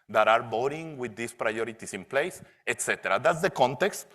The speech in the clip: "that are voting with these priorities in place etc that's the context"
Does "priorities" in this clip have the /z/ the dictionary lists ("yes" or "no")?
no